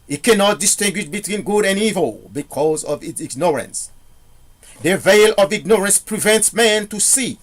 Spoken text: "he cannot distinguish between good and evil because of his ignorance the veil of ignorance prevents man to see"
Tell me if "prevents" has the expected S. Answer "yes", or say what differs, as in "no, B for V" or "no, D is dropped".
yes